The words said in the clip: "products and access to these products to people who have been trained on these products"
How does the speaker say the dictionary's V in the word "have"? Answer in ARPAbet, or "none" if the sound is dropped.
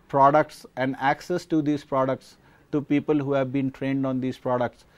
V